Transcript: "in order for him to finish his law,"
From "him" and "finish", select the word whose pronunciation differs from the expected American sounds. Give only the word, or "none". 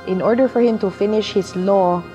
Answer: none